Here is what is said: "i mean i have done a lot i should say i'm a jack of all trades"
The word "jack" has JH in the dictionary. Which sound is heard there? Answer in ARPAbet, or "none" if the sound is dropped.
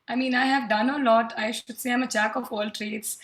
CH